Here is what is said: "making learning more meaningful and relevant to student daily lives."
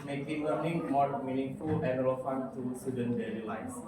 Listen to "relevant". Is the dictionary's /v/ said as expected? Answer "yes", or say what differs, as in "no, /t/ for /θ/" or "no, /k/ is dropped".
no, /f/ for /v/